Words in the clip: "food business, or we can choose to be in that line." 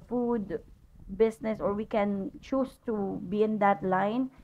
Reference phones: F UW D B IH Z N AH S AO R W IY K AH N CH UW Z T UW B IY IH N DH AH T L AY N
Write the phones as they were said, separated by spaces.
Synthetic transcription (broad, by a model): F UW D B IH S N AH S AO R W IY K AH N CH UW S T UW B IY IH N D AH T L AY N